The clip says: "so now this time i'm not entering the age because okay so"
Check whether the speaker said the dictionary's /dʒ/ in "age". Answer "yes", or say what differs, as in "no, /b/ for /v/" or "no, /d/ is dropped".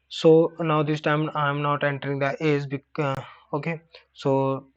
no, /z/ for /dʒ/